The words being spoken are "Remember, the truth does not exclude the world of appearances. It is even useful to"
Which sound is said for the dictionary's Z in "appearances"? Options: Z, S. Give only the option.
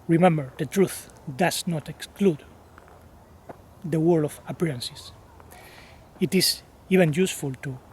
S